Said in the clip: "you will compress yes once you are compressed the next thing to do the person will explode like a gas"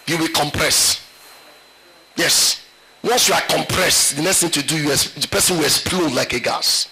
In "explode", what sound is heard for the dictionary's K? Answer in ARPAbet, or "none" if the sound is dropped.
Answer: none